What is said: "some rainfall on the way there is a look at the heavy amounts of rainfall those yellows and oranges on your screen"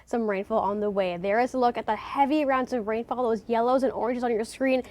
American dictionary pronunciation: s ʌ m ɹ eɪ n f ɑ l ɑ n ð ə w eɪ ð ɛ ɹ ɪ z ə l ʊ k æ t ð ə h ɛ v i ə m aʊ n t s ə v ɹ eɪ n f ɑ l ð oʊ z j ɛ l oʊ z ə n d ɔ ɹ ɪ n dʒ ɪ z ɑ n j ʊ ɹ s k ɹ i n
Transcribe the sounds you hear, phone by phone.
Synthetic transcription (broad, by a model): s ʌ m ɹ eɪ n f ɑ l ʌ n ð ə w eɪ ð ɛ ɹ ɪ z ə l ʊ k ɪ t ð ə h ɛ v i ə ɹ aʊ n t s ə v ɹ eɪ n f ɑ l ð oʊ z j ɛ l oʊ z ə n ɔ ɹ ɪ n dʒ ɪ z n j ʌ ɹ s k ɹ i n